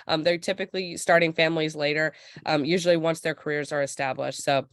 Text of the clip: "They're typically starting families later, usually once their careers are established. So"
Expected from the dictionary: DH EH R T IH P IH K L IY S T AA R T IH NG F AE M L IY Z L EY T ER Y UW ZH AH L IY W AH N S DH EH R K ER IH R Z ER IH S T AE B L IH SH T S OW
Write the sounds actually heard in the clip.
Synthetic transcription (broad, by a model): DH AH R T IH P IH K L IY S T AA R T IH NG F AE M L IY Z L EY T ER Y UW ZH L IY W AH N S DH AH R K ER IH R Z ER IH S T AE B L IH SH T S OW